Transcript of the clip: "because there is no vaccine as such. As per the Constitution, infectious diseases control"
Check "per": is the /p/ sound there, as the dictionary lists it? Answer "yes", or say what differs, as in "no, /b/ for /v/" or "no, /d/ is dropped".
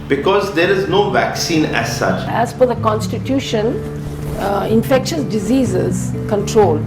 no, /f/ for /p/